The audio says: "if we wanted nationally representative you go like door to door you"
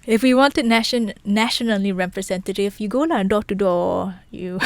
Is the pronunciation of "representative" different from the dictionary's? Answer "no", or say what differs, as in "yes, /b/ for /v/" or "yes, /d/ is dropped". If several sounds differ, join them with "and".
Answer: yes, /f/ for /v/